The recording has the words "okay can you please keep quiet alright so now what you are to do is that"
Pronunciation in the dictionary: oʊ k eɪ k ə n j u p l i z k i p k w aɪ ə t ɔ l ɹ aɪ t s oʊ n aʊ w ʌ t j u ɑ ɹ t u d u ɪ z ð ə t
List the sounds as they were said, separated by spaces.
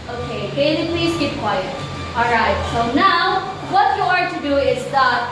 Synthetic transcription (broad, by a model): oʊ k eɪ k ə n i p l i z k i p k w aɪ ə t ɔ l ɹ aɪ t s oʊ n aʊ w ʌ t j u ɑ ɹ t u d u ɪ z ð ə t